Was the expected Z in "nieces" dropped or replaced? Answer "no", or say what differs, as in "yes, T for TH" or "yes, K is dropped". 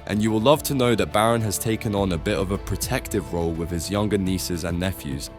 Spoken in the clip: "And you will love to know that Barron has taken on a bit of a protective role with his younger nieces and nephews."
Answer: no